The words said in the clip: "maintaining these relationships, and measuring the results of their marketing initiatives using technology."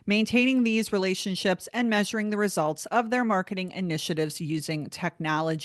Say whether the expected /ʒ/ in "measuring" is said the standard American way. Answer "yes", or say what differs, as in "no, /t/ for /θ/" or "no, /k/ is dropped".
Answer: yes